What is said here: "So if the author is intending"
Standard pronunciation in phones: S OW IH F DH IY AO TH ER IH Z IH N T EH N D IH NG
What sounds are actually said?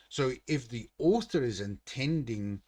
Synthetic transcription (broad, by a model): S OW IH F DH IY AO TH ER IH Z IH N T EH N D IH NG